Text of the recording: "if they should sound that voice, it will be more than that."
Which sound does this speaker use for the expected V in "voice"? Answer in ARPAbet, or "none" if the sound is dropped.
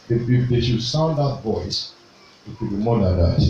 V